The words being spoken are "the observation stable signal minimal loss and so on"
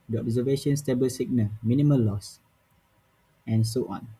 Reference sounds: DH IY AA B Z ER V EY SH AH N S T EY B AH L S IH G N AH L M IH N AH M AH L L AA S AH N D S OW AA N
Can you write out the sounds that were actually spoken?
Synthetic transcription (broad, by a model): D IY AA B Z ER V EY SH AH N S T EY B AH L S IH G N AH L M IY N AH M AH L L AA S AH N S OW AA N